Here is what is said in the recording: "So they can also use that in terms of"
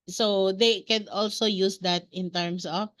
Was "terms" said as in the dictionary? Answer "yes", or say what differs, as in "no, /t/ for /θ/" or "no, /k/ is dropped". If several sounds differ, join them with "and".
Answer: no, /s/ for /z/